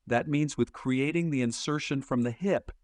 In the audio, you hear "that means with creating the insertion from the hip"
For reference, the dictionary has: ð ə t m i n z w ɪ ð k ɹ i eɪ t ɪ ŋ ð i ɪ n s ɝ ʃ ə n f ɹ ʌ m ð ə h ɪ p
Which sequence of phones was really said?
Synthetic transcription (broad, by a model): ð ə t m i n z w ɪ ð k ɹ i eɪ t ɪ ŋ ð i ɪ n s ɝ ʃ ə n f ɹ ʌ m ð ə h ɪ p